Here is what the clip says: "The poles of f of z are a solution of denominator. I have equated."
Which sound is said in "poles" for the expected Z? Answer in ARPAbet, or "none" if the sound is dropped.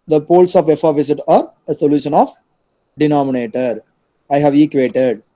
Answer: S